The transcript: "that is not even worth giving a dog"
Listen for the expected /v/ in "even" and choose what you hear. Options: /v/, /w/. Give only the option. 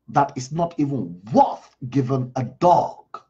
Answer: /v/